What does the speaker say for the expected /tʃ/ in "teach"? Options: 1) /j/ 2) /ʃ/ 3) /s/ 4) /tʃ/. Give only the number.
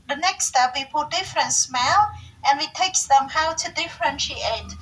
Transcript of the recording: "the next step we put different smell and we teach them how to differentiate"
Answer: 3